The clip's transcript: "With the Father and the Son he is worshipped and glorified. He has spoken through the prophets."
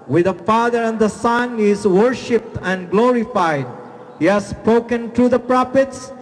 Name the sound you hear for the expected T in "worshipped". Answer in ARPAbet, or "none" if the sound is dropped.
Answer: T